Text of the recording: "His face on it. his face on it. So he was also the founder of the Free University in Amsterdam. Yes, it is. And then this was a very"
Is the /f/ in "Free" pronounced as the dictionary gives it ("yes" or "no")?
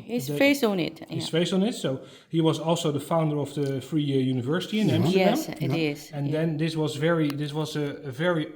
yes